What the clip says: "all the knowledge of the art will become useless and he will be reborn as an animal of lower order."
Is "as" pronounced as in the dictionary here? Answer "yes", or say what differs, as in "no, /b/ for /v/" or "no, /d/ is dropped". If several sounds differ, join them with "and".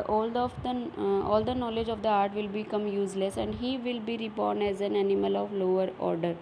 yes